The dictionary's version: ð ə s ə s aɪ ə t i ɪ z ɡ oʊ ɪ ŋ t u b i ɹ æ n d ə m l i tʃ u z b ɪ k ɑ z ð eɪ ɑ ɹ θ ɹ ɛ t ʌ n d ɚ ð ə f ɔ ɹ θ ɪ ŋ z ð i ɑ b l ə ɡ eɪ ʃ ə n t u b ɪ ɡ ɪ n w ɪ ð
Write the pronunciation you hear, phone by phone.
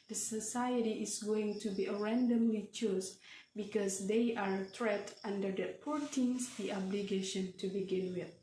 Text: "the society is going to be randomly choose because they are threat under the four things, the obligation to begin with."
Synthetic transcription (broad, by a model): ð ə s ə s aɪ ə t i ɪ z ɡ oʊ ɪ ŋ t u b i ɹ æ n d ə m l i tʃ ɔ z b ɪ k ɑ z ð eɪ ɑ ɹ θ ɹ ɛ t ʌ n d ɚ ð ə p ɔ ɹ t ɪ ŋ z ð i ɑ b l ə ɡ eɪ ʃ ə n t u b ɪ ɡ ɪ n w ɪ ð